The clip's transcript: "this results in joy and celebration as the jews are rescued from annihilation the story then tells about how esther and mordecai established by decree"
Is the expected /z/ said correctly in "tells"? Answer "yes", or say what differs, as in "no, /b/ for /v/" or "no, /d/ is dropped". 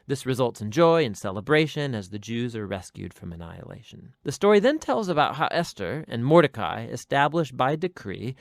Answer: yes